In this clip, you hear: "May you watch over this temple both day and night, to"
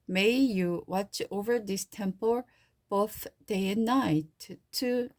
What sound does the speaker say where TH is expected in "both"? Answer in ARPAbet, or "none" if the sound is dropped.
TH